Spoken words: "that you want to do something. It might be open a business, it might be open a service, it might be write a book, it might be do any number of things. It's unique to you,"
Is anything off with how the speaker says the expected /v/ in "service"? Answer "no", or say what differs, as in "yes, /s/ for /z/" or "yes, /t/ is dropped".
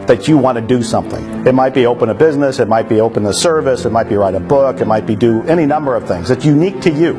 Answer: no